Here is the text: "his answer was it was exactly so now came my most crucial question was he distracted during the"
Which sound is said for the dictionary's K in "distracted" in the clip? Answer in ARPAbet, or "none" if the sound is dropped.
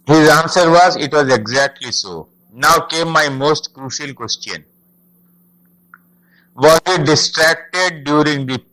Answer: K